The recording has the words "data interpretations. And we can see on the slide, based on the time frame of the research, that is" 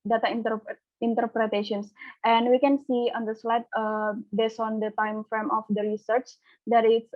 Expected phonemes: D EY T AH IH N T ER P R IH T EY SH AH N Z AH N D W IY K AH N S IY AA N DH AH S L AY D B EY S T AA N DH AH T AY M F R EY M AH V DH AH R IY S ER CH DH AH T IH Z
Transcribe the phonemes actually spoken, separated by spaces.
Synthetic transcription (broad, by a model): D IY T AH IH N T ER P R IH T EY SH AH N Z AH N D W IY K AH N S IY AA N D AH S L AY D B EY S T AA N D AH T AY M F R EY M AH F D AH R IY S ER CH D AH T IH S